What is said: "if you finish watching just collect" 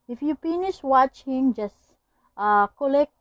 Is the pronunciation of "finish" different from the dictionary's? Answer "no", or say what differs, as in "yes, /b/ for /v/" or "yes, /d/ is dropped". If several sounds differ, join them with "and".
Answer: yes, /p/ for /f/